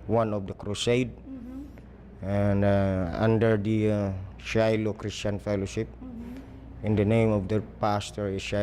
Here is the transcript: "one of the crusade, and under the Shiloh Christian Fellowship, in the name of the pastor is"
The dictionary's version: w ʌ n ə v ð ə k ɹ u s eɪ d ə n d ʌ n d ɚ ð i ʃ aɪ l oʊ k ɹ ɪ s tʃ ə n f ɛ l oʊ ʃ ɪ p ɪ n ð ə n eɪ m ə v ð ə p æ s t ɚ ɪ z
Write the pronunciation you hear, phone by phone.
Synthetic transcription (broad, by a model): w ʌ n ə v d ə k ɹ u s eɪ d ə n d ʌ n d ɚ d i ʃ aɪ l oʊ k ɹ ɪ s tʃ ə n f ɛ l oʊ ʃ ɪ p ɪ n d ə n eɪ m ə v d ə p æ s t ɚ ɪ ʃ